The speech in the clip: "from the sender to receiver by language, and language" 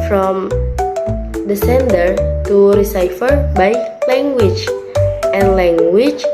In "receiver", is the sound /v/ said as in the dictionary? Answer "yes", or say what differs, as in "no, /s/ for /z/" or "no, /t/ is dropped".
no, /f/ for /v/